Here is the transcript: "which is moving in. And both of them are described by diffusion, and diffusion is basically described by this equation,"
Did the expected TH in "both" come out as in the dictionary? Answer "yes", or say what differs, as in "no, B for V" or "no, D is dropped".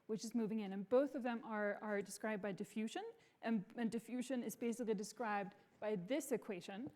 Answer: yes